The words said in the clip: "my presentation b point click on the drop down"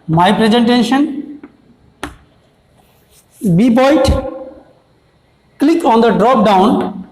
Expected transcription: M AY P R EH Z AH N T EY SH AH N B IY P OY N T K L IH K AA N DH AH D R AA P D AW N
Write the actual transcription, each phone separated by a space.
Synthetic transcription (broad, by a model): M AY P R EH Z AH N T EY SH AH N B IY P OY T K L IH K AA N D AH D R AA P D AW N